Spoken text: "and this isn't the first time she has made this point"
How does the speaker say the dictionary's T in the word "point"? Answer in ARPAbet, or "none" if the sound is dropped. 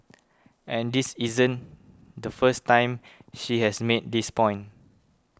none